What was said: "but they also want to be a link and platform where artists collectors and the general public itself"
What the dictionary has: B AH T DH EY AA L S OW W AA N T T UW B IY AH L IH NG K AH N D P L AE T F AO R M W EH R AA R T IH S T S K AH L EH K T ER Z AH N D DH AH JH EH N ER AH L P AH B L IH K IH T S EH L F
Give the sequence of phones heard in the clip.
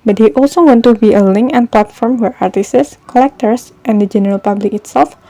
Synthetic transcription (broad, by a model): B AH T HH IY AA L S OW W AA N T T UW B IY AH L IH NG K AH N P L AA T F AO R M W EH R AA R T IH S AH S K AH L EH K T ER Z AH N D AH JH EH N ER AH L P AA B L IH K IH T S EH L F